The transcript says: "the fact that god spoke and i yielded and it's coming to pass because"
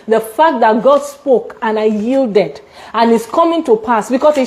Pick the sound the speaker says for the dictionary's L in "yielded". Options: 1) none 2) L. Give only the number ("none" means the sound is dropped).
2